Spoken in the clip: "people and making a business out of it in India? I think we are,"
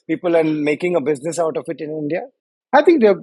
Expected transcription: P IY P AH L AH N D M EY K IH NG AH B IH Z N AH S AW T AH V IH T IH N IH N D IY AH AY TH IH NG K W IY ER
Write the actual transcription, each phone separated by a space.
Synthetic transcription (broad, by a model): P IY P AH L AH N M EY K IH NG AH B IH Z N AH S AW T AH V IH T IH N IH N D IY AH AY T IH NG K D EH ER